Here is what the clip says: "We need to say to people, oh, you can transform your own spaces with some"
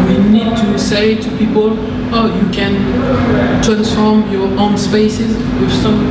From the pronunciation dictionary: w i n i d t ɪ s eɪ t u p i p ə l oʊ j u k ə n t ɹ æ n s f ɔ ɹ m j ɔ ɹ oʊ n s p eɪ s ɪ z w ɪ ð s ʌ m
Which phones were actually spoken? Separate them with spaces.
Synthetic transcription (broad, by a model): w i n i d t ɪ s eɪ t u p i p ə l oʊ j u k ə n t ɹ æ s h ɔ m j ɔ ɹ oʊ n s p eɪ s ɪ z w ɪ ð s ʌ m